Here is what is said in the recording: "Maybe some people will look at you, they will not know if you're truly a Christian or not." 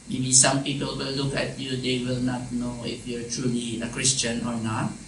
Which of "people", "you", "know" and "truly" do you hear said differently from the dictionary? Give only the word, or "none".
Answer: none